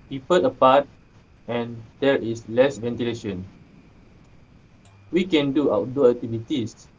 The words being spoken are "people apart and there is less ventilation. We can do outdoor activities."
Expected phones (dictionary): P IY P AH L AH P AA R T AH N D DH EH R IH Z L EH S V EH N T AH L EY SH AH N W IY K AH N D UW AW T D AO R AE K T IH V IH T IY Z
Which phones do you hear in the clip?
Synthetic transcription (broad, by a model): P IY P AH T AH P AA T AH N D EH R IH S L EH S V EH N T AH L EY SH AH N W IY K AH N D UW AW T D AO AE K T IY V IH T IY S